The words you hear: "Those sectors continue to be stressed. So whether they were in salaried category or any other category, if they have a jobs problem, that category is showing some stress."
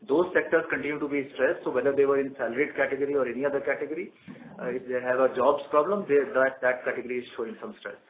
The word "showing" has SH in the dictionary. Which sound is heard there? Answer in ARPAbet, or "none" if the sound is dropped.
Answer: SH